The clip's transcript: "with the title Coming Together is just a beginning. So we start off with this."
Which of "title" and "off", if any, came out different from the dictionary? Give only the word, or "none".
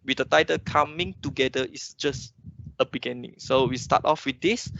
none